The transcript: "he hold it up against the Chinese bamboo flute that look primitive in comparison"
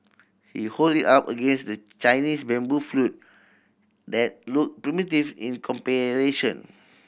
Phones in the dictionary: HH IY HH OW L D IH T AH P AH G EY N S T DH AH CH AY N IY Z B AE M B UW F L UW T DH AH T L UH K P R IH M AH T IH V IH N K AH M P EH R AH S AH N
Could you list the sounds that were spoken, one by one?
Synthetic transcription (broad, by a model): HH IY HH OW L D IH T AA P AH G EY N S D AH CH AY N IY S B AE M B UW F L UW T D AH T L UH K P R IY M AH T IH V IH N K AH M P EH R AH SH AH N